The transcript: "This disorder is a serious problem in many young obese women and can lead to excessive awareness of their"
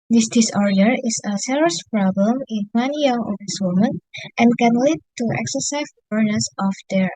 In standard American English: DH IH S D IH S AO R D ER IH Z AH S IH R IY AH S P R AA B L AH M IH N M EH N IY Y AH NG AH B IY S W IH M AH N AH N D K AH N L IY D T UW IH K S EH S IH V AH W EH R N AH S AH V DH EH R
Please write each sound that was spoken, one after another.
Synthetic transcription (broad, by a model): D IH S D IH S AO R D ER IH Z AH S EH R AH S P R AA B L AH M IH N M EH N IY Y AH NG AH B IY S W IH M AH N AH N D K AH N L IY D T UW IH K S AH S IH AH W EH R N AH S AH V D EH R